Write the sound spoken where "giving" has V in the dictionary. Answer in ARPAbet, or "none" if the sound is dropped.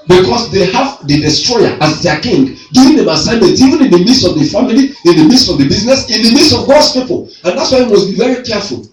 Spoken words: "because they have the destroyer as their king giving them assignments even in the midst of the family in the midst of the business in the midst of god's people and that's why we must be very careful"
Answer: none